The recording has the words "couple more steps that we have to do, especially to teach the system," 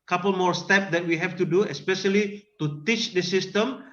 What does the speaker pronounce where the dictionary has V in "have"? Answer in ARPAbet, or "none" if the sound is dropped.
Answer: F